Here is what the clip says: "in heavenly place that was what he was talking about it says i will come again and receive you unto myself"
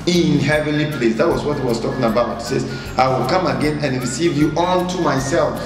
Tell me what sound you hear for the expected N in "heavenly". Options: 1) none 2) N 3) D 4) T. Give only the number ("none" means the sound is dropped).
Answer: 2